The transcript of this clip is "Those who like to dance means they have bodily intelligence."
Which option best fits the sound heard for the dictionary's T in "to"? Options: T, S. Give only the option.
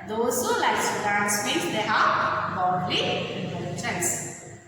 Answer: S